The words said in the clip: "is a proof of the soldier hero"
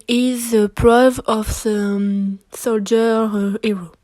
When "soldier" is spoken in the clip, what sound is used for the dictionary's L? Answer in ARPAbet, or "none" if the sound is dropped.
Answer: L